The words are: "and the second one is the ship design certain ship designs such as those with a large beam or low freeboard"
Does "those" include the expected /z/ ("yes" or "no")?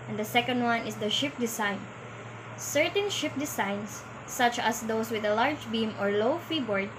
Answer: no